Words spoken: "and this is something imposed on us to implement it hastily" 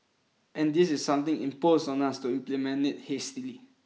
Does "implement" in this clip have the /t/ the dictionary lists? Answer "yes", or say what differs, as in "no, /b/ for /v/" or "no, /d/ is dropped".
no, /t/ is dropped